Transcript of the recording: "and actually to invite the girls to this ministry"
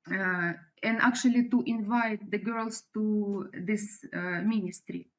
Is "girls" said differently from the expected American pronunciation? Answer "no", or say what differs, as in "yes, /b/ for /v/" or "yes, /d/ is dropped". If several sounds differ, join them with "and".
yes, /s/ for /z/